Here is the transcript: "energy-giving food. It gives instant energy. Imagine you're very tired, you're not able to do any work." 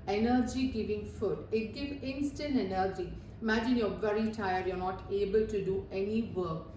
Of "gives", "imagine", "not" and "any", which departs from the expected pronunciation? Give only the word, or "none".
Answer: gives